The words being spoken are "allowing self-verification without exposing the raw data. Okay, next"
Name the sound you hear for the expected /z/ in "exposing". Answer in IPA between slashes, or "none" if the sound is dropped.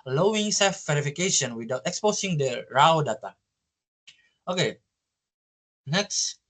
/s/